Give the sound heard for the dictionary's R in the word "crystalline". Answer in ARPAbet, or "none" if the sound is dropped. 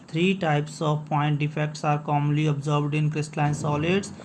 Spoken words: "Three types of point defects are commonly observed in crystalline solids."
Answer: R